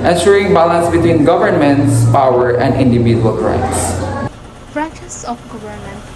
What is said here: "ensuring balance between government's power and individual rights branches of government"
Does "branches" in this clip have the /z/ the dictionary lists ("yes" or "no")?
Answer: no